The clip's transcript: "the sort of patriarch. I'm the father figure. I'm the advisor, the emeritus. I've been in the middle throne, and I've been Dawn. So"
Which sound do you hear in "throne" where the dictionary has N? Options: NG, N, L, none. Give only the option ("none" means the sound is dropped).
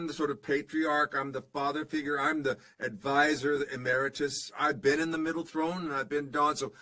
none